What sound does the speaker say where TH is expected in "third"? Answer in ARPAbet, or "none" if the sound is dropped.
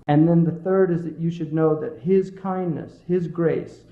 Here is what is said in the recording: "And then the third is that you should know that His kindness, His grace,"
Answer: TH